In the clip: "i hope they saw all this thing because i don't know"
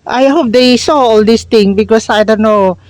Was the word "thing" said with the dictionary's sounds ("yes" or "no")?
no